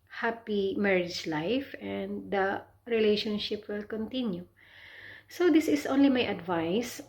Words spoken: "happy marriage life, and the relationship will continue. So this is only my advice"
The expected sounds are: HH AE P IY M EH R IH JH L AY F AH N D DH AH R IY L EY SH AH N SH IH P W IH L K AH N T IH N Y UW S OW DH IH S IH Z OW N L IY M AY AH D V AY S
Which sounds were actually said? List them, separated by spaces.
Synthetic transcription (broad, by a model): HH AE P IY M EH R IH JH L AY F AH N D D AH R IY L EY SH AH N SH IH P W IH L K AH N T IH N Y UW S OW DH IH S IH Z OW N L IY M AY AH D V AY S